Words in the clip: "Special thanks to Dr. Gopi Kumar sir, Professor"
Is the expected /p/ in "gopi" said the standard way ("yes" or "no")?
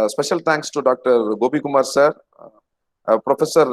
no